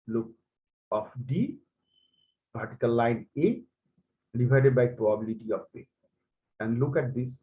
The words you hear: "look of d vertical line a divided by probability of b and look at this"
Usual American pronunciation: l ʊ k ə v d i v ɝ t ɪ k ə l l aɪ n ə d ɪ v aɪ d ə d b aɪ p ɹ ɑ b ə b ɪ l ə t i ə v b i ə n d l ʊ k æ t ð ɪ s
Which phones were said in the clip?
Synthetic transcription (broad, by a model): l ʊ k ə f d i p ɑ t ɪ k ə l l aɪ n ə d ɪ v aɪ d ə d b aɪ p ɹ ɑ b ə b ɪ l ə t i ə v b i ə n d l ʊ k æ t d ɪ s